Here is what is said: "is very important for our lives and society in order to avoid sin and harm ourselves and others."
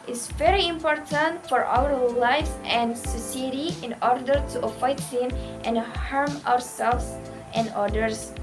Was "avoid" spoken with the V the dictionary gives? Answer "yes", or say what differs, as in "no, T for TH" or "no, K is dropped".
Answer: no, F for V